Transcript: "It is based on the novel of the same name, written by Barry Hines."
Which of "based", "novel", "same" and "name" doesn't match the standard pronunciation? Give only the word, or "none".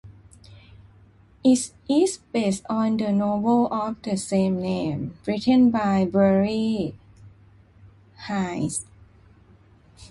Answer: novel